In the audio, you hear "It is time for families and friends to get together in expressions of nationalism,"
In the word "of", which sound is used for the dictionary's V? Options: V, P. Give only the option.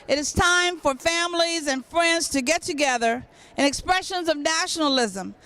V